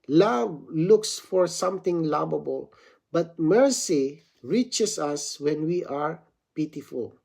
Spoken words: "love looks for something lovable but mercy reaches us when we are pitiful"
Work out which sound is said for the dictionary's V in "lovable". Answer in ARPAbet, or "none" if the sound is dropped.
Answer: B